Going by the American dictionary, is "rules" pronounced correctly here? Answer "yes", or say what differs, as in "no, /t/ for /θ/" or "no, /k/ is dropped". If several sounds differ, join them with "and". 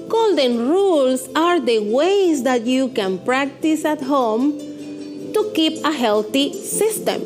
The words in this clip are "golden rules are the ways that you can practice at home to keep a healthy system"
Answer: no, /s/ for /z/